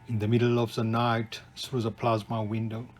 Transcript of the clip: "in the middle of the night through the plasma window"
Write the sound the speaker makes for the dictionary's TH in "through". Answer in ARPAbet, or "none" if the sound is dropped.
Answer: S